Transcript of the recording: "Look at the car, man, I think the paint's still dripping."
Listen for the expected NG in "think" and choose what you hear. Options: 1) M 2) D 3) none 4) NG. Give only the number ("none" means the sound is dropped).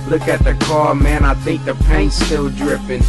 4